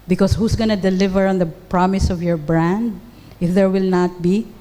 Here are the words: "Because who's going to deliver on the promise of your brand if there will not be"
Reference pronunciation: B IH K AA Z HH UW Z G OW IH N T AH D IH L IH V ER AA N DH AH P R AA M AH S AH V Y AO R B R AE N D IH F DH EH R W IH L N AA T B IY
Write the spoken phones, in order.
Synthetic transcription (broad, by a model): B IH K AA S HH UW S G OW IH N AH D IH L IH V ER AA N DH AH P R AA M AH S AH V Y AO R B R AE N D IH F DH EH R W IH L N AA T B IY